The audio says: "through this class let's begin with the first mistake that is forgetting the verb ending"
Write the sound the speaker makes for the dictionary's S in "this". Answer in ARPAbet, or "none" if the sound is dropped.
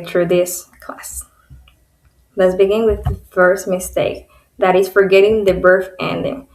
S